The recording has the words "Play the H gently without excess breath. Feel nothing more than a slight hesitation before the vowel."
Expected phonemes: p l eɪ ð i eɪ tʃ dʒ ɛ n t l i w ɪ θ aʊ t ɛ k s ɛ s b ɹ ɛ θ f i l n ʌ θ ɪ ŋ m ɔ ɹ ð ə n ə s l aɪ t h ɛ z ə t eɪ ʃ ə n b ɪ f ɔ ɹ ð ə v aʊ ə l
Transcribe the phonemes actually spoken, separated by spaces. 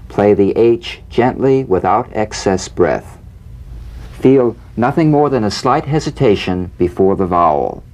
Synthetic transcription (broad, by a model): p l eɪ ð i eɪ tʃ dʒ ɛ n t l i w ɪ θ aʊ t ɛ k s ɛ s b ɹ ɛ θ f i l n ʌ θ ɪ ŋ m ɔ ɹ ð ə n ə s l aɪ t h ɛ z ə t eɪ ʃ ə n b ɪ f ɔ ɹ ð ə v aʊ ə l